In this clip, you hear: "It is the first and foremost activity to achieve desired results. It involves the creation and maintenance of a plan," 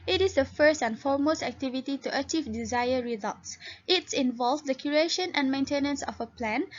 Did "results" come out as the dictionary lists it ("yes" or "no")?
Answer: yes